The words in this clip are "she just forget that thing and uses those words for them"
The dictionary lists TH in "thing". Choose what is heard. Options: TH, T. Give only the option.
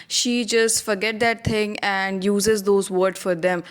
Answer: T